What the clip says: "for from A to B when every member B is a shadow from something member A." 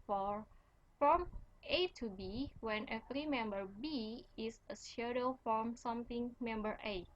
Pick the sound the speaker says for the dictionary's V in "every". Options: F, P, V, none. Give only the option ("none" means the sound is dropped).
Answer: F